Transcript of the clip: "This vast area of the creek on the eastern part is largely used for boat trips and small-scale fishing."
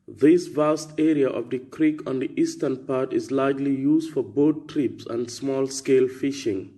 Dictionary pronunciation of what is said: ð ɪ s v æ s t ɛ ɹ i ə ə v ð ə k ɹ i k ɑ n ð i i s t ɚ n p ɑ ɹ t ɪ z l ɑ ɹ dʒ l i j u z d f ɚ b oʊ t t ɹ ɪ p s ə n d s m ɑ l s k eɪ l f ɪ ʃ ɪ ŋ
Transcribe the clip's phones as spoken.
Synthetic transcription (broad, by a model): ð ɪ s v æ s t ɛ ɹ i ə ə v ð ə k ɹ i k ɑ n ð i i s t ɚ n p ɑ ɹ t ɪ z l ɑ ɹ dʒ l i j u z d f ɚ b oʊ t t ɹ ɪ p s ə n d s m ɑ l s k eɪ l f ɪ ʃ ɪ ŋ